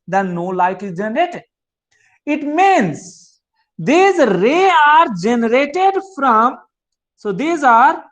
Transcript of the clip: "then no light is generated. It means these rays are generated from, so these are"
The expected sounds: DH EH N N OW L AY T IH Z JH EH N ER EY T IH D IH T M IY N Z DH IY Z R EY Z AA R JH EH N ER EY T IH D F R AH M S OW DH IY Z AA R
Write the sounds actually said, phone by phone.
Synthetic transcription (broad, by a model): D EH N N OW L AY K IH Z JH EH N ER EY T IH D IH T M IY N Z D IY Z R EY AA R JH EH N ER EY T IH D F R AH M S OW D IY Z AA R